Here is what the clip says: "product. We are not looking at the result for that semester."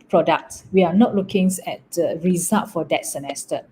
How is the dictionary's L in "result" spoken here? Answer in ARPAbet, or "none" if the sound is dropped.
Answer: none